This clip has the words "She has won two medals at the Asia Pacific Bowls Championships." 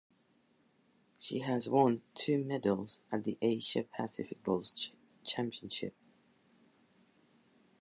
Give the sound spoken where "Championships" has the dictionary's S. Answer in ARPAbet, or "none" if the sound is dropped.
none